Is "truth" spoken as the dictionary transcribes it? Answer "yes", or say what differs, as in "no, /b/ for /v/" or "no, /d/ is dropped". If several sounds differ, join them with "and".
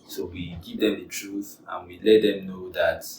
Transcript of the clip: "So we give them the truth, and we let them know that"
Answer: yes